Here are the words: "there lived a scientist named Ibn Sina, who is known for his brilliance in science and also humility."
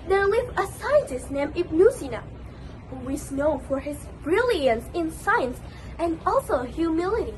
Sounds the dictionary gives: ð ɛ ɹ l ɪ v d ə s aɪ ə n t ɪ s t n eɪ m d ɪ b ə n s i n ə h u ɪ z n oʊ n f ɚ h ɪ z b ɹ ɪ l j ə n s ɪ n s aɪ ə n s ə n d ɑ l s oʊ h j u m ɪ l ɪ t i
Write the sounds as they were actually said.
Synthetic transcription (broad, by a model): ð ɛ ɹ l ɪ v ə s aɪ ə n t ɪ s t n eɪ m ɪ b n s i n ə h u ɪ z n oʊ f ɚ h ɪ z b ɹ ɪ l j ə n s ɪ n s aɪ ə n s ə n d ɑ l s oʊ h j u m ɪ l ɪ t i